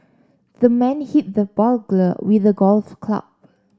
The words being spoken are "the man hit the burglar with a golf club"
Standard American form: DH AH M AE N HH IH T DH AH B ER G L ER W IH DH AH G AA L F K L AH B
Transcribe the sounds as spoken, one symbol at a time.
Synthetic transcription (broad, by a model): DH AH M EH N HH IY T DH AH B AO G L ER W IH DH AH G AA L F K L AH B